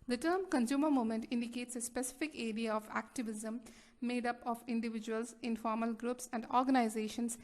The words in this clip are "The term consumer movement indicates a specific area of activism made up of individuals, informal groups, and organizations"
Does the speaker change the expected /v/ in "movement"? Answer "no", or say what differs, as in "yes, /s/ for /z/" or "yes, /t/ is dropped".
yes, /v/ is dropped